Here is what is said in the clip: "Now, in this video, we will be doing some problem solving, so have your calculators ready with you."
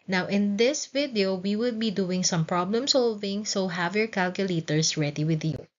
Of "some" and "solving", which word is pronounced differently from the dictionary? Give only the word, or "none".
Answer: none